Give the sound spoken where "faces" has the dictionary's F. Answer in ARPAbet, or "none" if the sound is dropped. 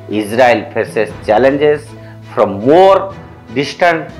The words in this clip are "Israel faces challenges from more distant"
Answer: P